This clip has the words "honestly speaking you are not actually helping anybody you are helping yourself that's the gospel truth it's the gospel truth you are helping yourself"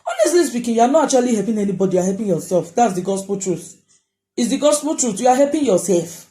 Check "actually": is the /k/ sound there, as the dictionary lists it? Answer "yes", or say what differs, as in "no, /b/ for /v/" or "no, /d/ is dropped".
no, /k/ is dropped